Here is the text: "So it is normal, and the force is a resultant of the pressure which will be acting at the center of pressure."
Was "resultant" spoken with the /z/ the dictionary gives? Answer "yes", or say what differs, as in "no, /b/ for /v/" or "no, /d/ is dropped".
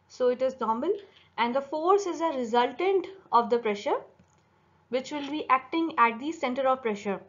yes